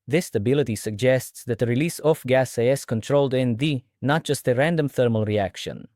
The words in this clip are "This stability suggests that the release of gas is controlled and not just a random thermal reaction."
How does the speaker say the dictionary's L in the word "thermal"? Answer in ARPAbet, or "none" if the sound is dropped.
L